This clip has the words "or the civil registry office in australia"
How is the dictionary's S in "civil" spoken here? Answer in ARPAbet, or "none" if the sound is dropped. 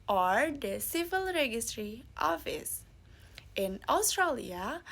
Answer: S